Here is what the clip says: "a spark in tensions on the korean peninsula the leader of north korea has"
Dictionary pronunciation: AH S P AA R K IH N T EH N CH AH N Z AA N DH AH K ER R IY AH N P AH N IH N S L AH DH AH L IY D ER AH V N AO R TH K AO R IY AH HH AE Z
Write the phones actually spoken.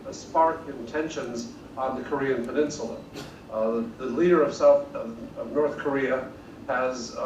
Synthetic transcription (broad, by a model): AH S P AA R K IH N T EH N SH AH N Z N DH AH K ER R IY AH N P AH N IH N S L AH DH AH L IY D ER AH V N AO R TH K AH R IY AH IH Z